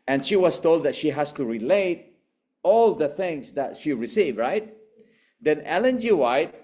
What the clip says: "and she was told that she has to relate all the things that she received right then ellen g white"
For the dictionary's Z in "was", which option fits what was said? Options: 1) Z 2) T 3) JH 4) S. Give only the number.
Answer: 4